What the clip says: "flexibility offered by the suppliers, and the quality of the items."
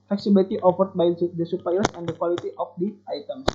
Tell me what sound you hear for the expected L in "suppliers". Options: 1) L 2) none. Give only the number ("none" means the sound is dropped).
2